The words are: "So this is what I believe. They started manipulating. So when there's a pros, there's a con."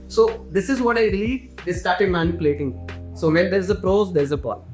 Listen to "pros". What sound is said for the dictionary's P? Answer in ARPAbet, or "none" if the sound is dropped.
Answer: P